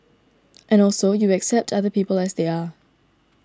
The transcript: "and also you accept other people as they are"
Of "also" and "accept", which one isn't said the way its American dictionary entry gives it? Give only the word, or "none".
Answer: none